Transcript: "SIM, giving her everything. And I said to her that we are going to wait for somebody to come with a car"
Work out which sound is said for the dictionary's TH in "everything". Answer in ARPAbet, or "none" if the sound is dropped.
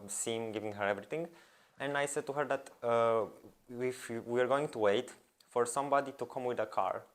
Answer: T